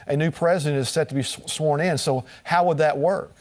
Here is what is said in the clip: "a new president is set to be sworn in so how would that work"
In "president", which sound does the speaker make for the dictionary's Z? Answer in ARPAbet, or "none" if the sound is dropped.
Z